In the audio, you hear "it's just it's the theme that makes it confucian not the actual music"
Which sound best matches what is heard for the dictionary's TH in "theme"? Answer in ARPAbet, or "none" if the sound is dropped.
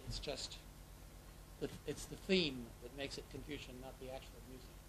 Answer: TH